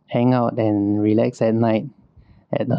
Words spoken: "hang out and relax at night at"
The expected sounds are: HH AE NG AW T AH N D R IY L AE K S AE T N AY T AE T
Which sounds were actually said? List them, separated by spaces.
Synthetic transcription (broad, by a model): HH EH NG AW T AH N R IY L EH K S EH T N AY T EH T